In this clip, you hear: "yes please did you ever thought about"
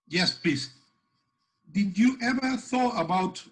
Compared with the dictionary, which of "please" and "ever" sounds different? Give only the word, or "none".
please